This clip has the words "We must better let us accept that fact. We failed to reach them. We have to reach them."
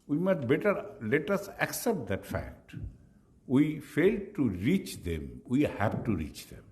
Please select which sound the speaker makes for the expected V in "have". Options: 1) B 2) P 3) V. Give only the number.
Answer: 1